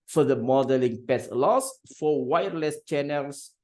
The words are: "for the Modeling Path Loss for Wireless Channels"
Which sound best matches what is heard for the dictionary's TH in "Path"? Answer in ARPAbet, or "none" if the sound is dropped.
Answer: S